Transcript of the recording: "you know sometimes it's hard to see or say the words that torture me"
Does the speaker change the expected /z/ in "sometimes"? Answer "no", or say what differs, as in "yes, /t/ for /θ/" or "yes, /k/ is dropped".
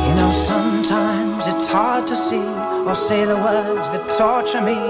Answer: no